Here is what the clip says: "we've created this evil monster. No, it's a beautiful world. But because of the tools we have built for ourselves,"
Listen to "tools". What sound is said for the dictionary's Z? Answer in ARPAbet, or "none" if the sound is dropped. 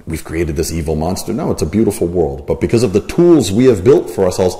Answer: Z